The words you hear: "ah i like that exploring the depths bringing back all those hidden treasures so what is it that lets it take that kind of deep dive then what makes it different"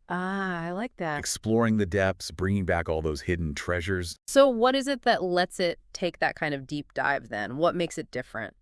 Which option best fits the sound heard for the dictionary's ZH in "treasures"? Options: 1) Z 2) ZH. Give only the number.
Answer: 2